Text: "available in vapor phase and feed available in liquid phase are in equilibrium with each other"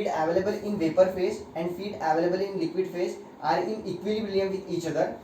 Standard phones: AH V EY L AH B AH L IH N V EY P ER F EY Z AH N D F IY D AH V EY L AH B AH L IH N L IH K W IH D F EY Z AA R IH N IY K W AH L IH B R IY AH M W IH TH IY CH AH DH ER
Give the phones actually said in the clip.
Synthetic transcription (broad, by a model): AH V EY L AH B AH L IH N V EY P ER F EY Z AH N D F IY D AH V EY L AH B AH L IH N L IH K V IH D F EY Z AA R IH N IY K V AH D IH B L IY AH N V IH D IY CH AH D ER